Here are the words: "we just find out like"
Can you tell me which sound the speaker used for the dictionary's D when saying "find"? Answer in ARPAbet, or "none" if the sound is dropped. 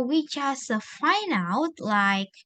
none